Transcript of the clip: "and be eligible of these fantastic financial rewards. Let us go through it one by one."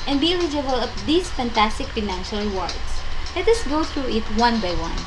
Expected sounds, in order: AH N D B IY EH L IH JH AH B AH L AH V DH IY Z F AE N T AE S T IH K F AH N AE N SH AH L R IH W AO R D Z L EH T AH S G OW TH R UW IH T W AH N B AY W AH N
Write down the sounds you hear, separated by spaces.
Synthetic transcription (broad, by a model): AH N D B IY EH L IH JH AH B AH L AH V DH IY S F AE N T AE S T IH K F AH N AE N SH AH L R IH W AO R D S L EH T AH S G OW TH R UW IH T W AH N B AY W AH N